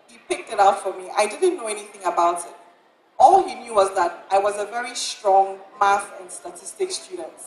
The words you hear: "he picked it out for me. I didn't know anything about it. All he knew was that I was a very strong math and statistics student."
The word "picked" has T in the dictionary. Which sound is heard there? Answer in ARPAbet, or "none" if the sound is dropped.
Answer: T